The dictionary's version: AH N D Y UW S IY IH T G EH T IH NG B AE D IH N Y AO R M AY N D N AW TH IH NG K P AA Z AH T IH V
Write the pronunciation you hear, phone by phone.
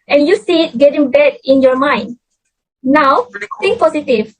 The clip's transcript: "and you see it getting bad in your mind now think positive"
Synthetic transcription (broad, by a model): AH N Y UW S IY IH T G EH T IH NG B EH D IH N Y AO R M AY N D N AW F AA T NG P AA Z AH T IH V